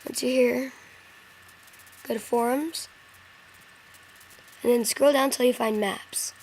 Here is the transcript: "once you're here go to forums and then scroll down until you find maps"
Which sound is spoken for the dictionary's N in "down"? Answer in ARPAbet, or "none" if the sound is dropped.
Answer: none